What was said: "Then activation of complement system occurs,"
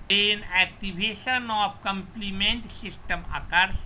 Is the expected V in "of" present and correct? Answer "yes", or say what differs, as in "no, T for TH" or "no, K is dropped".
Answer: no, P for V